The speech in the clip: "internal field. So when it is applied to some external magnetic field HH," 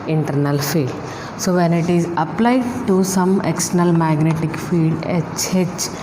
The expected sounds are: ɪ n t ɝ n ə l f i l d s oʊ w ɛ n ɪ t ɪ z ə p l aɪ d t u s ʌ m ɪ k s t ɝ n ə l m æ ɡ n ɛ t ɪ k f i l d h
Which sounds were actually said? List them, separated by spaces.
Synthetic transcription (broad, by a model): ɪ n t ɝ n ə l f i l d s oʊ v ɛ n ɪ t ɪ z ə p l aɪ d t u s ʌ m ɪ k s t ɝ n ə l m æ ɡ n ɛ t ɪ k f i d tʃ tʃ